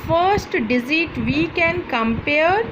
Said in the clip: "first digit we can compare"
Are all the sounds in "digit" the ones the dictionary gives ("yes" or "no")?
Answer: no